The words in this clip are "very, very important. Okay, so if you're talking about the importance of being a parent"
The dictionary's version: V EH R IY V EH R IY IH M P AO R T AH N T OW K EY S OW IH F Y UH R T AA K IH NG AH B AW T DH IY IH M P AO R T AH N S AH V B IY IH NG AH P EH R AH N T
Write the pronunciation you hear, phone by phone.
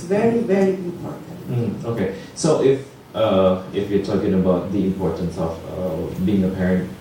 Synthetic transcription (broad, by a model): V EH R IY V EH R IY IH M P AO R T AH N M OW K EY S OW IH F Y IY T AA K IH NG AH B AW T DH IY IH M P AO R T AH N S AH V B IY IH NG AH P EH R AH N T